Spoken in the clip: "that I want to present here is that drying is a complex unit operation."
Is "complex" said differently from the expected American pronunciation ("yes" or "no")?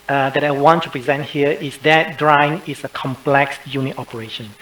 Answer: no